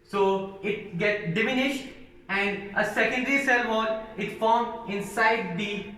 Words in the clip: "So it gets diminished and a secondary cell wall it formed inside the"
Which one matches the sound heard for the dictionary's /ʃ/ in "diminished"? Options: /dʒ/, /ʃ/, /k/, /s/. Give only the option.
/ʃ/